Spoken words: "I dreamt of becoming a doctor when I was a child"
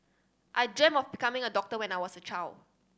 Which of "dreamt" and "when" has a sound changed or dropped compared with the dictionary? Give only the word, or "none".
dreamt